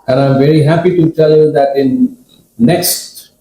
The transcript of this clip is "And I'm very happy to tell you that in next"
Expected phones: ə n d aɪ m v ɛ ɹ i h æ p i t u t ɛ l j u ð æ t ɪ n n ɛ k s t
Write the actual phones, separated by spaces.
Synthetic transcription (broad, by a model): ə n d aɪ m v ɛ ɹ i h æ p i t u t ɛ l j u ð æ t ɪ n n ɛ k s t